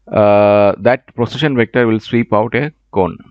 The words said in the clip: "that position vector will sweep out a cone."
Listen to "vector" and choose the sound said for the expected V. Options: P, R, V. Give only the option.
V